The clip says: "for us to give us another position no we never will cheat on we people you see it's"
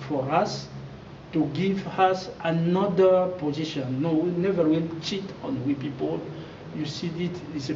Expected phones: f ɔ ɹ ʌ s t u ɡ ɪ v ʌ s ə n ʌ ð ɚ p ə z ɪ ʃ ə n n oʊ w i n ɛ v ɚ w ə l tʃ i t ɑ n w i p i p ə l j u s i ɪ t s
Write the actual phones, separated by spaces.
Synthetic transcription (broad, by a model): f ɔ ɹ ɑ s t u ɡ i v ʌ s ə n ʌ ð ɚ p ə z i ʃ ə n n oʊ w i n ɛ v ɚ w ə n tʃ i t ɑ n w i p i p ə l j u s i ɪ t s